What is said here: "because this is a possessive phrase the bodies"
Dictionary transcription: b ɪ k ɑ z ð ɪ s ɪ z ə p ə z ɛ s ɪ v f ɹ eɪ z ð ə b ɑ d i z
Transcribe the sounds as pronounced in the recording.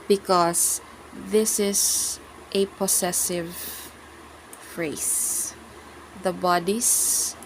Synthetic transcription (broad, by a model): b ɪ k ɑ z ð ɪ s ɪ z ə p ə s ɛ s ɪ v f ɹ eɪ s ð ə b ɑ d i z